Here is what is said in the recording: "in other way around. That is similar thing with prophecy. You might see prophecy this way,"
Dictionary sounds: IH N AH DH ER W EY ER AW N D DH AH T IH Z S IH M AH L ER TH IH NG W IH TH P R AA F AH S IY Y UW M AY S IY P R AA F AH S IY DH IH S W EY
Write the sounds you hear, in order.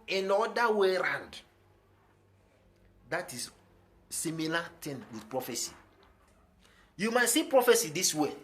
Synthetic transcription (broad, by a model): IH N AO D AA W EY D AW N D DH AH T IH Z S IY M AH L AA T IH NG W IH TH P R AA F AH S IY Y UW M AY S IY P R AA F AH S IY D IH S W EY